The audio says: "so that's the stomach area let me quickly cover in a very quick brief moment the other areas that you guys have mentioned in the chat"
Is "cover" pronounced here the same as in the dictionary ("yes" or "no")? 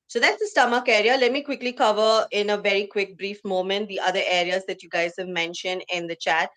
yes